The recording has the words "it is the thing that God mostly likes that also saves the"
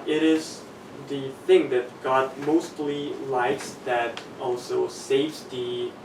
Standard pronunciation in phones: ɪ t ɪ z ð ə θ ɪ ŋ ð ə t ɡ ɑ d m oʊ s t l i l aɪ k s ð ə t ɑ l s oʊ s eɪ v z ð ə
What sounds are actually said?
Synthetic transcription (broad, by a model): ɪ t ɪ z ð ə θ ɪ ŋ ð ə t ɡ ɑ d m oʊ s t l i l aɪ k s ð ə t ɑ l s oʊ s eɪ v z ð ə